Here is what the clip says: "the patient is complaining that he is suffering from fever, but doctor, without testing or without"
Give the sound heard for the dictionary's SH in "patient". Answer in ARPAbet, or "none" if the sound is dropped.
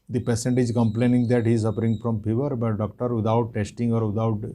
S